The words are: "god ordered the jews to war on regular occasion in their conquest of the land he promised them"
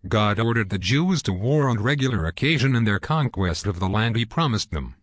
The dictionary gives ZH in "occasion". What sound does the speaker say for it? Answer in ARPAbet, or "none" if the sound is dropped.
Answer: ZH